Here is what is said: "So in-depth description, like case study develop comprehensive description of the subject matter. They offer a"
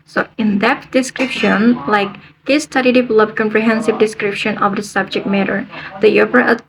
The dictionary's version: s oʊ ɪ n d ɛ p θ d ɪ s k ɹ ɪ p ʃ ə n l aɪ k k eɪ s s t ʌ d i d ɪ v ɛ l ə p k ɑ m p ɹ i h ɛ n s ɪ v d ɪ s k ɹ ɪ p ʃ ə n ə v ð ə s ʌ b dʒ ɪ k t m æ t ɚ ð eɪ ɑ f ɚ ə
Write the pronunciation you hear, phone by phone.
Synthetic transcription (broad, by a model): s oʊ ɪ n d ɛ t d ɪ s k ɹ ɪ p ʃ ə n l aɪ k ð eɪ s s t ʌ d i d ɪ v ɛ l ə p k ɑ m p ɹ i h ɛ n s ɪ v d ɪ s k ɹ ɪ p ʃ ə n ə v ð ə s ʌ b dʒ ɪ k t m æ t ɚ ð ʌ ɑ p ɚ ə